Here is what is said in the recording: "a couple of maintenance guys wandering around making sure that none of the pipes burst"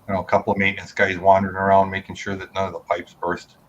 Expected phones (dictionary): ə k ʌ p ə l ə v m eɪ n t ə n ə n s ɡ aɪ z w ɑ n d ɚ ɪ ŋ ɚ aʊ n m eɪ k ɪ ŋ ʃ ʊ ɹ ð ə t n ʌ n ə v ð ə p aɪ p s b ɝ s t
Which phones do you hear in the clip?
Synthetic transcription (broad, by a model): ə k ʌ p l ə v m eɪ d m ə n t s ɡ aɪ z w ɑ n d ɚ ɪ ŋ ɚ aʊ n m eɪ k ɪ ŋ ʃ ʊ ɹ ð ə t n ʌ n ə v ð ə p aɪ p s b ɝ s t